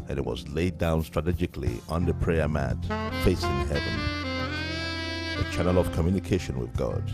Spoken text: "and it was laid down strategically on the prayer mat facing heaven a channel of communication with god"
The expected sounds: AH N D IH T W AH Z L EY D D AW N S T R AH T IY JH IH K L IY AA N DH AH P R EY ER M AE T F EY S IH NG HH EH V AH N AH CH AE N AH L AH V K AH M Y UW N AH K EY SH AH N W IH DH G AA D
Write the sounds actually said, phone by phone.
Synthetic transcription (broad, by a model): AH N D IH T W AH Z L EY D D AW N S T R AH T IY JH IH K L IY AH N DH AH P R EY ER M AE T F EY S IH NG HH EH V AH N AH CH AE N AH L AH V K AH M Y UW N AH K EY SH AH N W IH DH G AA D